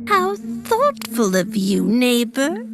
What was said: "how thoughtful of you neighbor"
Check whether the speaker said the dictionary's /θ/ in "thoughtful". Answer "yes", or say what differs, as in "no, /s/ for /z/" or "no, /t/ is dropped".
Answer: yes